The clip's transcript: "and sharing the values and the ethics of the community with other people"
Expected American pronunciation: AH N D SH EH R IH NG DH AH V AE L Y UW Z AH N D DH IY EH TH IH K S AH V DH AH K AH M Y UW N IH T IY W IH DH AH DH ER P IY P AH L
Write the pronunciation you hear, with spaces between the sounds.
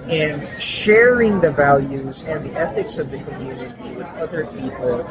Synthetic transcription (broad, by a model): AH N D SH EH R IH NG DH AH V AE L Y UW Z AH N DH IY EH TH IH K S AH V DH AH K AH M Y UW N IH T IY W IH DH AH DH ER P IY P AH L